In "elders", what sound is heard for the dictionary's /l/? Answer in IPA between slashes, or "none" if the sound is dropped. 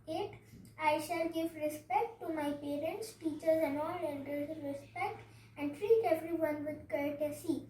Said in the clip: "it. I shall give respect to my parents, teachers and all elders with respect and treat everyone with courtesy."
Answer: none